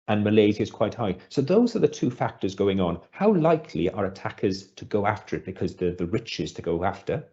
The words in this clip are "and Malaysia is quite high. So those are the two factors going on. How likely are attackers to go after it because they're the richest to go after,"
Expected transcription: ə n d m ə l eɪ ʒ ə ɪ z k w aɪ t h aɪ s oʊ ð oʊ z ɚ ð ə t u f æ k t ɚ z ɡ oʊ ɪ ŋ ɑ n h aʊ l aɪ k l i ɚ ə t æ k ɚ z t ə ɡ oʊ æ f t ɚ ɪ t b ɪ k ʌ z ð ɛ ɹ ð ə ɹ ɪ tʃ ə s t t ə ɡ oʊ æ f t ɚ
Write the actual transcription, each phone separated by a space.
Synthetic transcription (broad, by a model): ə n m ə l eɪ z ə ɪ z k w aɪ t h aɪ s oʊ ð oʊ z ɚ ð ə t u f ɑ k t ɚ z ɡ oʊ ɪ ŋ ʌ n h aʊ l aɪ k l i ɚ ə t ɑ k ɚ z t ə ɡ oʊ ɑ f t ɚ ɪ t b ɪ k ʌ z ð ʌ ð ə ɹ ɪ tʃ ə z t t ə ɡ oʊ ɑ f t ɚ